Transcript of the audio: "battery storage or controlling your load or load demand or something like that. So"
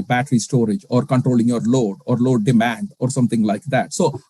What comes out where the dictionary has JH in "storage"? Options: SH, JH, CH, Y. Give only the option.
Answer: JH